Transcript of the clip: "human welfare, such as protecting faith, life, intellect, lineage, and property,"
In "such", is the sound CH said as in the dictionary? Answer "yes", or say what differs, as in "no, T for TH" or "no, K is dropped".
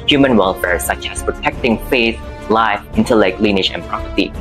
yes